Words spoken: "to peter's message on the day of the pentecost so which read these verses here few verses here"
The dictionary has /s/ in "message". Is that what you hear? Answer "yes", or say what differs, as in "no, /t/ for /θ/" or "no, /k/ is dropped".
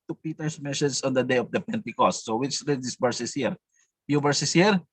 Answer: no, /ʃ/ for /s/